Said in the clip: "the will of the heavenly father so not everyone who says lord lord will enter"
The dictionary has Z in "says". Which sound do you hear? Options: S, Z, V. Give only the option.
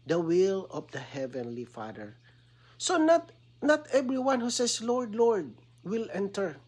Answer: S